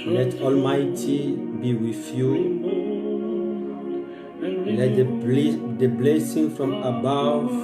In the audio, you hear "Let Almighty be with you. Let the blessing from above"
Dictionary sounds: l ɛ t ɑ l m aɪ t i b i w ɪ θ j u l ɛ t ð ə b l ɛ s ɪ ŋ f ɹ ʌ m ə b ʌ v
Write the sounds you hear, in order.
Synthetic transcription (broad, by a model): l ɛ t ɑ l m aɪ t i b i w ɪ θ j u l ɛ t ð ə b l ɛ s ɪ ŋ f ɹ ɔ m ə b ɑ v